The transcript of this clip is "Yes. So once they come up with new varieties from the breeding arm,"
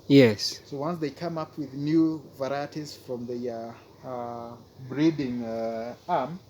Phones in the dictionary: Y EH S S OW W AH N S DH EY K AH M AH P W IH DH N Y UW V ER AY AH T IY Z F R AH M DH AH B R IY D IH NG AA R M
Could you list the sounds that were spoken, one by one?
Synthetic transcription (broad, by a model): Y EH S S OW W AH N S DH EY K AH M AH P W IH DH N Y UW V ER AY AH T IY Z F R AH M DH AH B R IY D IH NG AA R M